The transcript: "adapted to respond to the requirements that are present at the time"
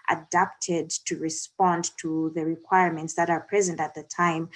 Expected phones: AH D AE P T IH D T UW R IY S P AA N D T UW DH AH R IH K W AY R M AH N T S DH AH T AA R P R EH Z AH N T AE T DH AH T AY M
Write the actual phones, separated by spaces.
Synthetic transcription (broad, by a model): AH D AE P T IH D T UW R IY S P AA N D T UW DH AH R IH K W AY R M AH N T S DH AH T AA R P R EH Z AH N T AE T DH AH T AY M